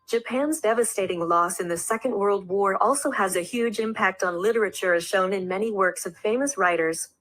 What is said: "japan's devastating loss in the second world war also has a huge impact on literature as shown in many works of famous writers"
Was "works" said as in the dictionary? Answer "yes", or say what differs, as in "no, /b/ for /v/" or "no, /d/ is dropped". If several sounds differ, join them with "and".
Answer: yes